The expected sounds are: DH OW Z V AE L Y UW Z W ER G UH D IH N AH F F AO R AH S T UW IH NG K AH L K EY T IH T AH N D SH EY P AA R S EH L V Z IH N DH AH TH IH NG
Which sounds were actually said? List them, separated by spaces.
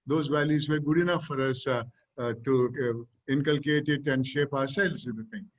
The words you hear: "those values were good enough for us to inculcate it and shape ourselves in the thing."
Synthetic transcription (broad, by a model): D OW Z V AE L Y UW Z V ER G UH D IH N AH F F AO R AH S T UW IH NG K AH L K EY T IH T AH N D SH EY P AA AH S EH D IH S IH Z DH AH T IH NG